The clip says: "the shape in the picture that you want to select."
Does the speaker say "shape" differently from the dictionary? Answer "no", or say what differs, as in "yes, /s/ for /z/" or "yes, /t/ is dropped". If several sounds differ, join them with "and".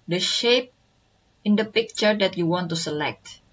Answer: no